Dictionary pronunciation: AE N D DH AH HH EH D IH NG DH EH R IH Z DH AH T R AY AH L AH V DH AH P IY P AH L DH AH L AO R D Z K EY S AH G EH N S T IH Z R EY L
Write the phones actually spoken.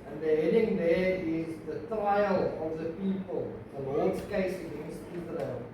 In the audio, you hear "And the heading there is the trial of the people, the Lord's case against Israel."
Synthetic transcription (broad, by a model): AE N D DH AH HH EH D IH NG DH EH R IH Z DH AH T R AY AH L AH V DH AH P IY P AH L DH AH W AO L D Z K EY S AH G EH N S T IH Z R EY L